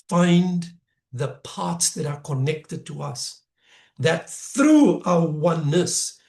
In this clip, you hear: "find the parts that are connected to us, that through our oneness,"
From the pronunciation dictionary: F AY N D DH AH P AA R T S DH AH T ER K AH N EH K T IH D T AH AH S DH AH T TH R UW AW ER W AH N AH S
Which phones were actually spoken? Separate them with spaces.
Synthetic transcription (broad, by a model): F AY N DH AH P AA R T S DH AH T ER K AH N EH K T IH D T AH AH S DH AH T TH R UW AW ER W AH N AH S